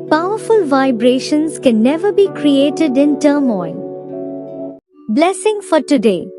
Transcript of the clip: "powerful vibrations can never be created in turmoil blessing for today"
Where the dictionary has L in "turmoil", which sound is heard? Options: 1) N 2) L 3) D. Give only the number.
1